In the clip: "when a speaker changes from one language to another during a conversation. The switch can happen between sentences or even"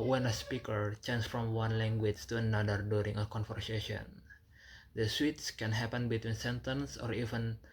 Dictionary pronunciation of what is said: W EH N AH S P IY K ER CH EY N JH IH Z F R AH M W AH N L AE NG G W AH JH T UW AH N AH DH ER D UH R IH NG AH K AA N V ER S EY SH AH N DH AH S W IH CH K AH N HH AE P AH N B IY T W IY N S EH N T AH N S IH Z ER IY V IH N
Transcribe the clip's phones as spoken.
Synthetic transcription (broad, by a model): W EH N AH S P IY K ER CH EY N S F R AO M W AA N L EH NG G W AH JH T UW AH N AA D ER D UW R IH NG AH K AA N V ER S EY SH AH N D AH S W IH S K AH N HH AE P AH N B IY T W IY N S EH N T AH N S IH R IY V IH N